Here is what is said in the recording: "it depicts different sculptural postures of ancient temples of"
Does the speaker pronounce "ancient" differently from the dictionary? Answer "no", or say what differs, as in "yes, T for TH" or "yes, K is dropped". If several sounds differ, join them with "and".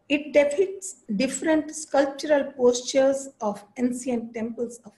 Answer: yes, S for SH